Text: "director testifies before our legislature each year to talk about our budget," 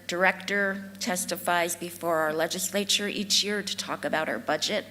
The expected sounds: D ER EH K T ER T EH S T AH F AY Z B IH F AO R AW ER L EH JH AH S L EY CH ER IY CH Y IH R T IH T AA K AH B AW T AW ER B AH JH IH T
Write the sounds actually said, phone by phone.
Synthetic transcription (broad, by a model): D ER EH K T ER T EH S T AH F AY Z B IH F AO R AW ER L EH JH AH S L EY CH ER IY CH Y IH R T IH T AA K AH B AW T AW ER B AH JH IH T